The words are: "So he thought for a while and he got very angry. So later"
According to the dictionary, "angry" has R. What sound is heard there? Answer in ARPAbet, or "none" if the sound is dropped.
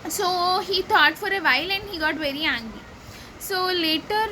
none